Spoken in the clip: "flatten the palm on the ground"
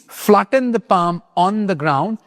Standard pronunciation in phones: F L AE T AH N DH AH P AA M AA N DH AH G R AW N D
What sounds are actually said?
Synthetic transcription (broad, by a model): F L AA T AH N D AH P AA M AA N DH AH G R AW N D